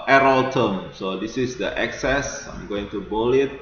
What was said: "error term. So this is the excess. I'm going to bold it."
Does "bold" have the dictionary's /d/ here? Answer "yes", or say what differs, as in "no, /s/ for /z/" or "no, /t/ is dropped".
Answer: no, /d/ is dropped